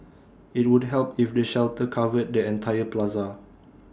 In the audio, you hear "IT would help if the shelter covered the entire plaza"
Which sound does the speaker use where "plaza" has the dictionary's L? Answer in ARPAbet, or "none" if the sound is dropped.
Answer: L